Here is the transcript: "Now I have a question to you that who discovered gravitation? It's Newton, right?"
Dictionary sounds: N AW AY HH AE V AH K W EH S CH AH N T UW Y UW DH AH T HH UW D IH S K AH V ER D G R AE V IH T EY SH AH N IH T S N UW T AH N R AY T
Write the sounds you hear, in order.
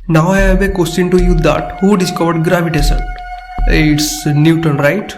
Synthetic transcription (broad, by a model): N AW AY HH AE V AH K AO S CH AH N T UW Y UW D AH T HH UW D IH S K AH V ER D G R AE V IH T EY S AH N IH T S N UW T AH N R AY T